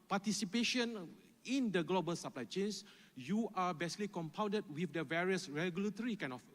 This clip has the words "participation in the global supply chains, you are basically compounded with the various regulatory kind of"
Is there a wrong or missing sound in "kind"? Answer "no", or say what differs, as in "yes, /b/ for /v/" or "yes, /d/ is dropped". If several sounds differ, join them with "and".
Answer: yes, /d/ is dropped